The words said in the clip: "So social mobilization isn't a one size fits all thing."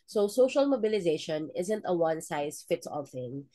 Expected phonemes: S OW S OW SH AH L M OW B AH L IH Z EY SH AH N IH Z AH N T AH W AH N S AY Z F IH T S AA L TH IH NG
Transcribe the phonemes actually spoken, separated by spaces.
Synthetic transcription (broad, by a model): S OW S OW SH AH L M OW B AH L IH Z EY SH AH N IH Z AH N T AH W AH N S AY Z F IH T S AA L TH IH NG